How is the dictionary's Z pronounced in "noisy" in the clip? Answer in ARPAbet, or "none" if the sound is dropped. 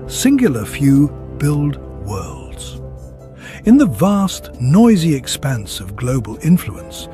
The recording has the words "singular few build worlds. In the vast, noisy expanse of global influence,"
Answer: Z